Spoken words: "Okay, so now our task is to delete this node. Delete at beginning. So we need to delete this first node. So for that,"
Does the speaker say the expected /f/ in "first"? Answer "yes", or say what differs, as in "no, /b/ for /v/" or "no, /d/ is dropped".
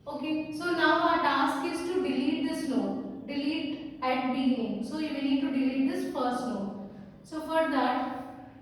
no, /p/ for /f/